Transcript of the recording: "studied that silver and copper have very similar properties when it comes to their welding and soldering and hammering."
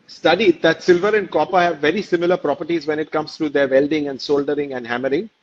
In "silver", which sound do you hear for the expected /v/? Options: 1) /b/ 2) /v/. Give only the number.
2